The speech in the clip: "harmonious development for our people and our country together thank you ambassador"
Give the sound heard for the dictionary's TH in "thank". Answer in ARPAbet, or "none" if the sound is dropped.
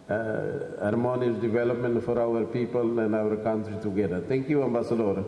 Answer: T